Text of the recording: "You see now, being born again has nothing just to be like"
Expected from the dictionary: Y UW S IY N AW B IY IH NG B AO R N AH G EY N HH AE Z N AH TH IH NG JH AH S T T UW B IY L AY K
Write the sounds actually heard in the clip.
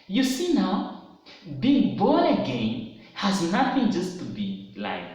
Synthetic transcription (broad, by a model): Y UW S IY N AW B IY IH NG B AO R AH G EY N HH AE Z N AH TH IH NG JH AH S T T UW B IY L AY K